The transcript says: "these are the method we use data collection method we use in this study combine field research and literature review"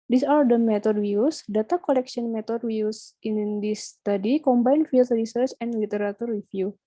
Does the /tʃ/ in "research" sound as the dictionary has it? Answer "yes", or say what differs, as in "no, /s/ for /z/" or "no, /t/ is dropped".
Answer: yes